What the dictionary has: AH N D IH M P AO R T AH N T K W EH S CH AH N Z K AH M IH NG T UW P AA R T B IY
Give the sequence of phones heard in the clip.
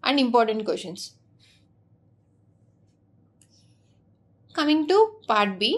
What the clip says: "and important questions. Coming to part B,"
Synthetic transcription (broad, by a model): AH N D IH M P AO R T AH N T K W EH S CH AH N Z K AH M IH NG T UW P AA R T B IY